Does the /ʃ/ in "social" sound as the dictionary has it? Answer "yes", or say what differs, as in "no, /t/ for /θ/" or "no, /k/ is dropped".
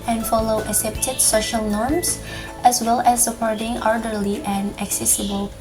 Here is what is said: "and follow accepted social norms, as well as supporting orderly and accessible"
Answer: yes